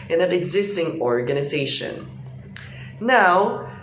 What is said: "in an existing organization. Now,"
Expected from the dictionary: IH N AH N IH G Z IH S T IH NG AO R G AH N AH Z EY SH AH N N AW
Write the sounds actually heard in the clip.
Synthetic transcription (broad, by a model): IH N AH N IH G Z IH S T IH NG AO R G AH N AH Z EY SH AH N N AW